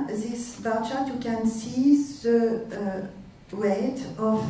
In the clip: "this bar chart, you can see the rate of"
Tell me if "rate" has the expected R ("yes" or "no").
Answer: no